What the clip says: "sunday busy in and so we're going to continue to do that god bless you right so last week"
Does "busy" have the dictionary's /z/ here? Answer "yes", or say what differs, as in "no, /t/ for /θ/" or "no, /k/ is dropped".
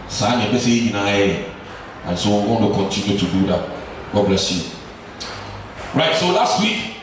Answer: no, /s/ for /z/